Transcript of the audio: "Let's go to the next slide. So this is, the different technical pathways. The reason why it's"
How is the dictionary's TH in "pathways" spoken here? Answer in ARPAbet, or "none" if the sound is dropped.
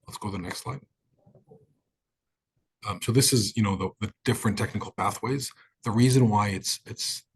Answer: TH